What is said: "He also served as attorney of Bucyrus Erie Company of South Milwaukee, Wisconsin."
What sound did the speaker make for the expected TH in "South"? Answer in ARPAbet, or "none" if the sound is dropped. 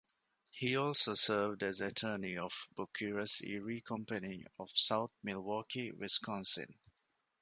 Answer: T